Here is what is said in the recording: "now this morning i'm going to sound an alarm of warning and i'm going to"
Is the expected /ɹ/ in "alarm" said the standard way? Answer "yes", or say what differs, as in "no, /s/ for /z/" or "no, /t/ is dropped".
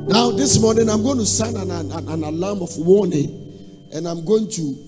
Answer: no, /l/ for /ɹ/